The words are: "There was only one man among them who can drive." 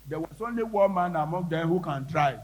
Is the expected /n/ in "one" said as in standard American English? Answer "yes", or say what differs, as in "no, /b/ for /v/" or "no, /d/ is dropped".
no, /l/ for /n/